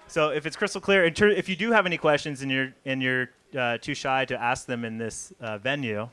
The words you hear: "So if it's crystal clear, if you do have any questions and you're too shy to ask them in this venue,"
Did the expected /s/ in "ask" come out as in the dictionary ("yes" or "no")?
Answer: yes